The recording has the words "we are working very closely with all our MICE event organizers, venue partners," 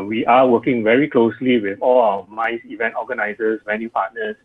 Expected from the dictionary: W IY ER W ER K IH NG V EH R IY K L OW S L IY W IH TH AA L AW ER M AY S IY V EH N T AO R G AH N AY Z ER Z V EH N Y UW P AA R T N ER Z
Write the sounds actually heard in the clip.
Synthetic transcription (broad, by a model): W IY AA W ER K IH NG V EH R IY K L OW S L IY W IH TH AA L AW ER M AY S IY V EH N T AO G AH N AY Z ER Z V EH N Y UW P AA T N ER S